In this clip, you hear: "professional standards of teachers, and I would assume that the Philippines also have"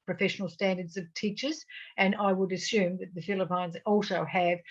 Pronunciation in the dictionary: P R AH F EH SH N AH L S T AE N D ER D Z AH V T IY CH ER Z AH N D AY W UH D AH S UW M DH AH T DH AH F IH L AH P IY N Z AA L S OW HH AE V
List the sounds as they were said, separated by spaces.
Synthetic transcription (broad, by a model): P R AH F EH SH N L S T AE N D ER D Z AH V T IY CH ER Z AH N AY W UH D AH S UW M DH AH T DH AH F IH L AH P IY N Z AA L S OW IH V